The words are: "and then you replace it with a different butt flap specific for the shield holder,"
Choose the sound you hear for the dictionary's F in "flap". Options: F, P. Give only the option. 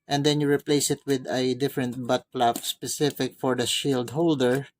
P